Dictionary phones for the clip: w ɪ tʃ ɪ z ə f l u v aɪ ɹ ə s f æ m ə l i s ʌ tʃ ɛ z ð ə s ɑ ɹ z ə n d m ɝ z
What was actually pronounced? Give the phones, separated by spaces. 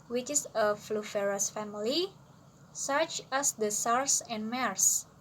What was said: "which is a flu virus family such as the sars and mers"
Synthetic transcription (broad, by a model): w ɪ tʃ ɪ s ə f l u f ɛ ɹ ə s f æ m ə l i s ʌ tʃ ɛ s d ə s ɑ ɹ s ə n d m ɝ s